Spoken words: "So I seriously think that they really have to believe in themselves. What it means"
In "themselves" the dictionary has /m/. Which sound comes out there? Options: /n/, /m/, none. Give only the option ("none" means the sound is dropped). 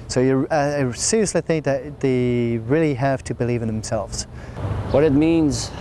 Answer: /m/